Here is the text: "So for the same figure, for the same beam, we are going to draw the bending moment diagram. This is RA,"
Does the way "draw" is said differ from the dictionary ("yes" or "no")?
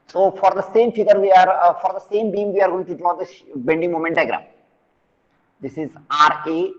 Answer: yes